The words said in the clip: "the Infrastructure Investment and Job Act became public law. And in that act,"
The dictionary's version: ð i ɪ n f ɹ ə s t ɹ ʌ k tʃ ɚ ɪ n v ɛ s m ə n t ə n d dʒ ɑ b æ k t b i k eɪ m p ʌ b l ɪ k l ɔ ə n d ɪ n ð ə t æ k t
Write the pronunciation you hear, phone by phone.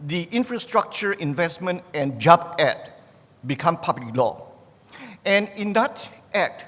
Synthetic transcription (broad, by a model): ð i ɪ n f ɹ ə s t ɹ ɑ k tʃ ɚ ɪ n v ɛ s m ə n t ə n dʒ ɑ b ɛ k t b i k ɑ m p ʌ b l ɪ k l ɔ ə n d ɪ n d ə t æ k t